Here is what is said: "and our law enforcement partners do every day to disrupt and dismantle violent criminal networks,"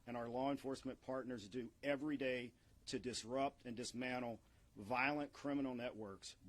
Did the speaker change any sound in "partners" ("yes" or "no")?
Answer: no